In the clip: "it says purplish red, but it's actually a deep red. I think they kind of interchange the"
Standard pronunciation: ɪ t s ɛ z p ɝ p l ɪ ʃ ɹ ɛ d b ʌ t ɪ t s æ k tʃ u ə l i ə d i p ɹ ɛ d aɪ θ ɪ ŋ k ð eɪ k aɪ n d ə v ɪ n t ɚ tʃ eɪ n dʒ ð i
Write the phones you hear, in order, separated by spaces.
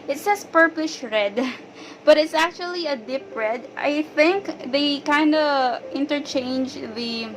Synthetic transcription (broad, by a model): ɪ t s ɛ s p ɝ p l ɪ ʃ ɹ ɛ d b ʌ t ɪ t s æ k tʃ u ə l i ə d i p ɹ ɛ d aɪ θ ɪ ŋ k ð eɪ k aɪ n d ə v ɪ n t ɚ tʃ eɪ n dʒ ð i